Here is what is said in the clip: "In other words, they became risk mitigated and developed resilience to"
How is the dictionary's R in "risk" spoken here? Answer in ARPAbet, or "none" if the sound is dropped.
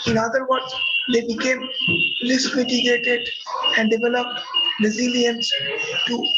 L